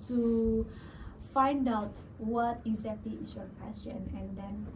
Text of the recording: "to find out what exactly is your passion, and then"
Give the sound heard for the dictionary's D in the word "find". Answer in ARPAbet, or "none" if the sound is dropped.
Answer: D